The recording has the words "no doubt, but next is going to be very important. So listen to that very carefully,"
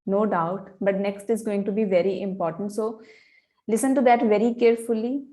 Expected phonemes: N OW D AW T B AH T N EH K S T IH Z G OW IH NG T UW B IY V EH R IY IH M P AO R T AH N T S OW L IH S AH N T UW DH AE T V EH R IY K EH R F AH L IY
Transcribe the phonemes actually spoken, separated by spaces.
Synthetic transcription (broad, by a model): N OW D AW T B AH T N EH K S T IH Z G OW IH NG T UW B IY V EH R IY IH M P AO R T AH N T S OW L IH S AH N T UW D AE T V EH R IY K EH R F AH L IY